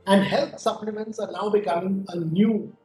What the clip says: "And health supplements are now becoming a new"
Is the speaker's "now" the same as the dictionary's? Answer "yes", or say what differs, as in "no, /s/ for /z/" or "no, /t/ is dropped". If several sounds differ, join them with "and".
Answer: no, /l/ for /n/